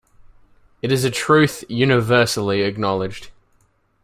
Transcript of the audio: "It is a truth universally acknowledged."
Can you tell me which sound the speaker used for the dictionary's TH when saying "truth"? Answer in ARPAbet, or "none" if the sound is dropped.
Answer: TH